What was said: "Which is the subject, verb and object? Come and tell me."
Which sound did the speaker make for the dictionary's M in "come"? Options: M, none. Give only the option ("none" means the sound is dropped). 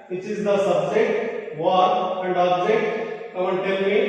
none